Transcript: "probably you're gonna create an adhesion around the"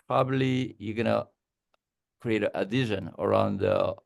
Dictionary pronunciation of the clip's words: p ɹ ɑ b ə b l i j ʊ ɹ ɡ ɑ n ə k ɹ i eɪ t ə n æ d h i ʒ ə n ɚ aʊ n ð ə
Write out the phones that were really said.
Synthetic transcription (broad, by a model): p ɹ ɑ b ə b l i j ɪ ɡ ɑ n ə k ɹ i eɪ ə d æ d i ʃ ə n ɚ aʊ n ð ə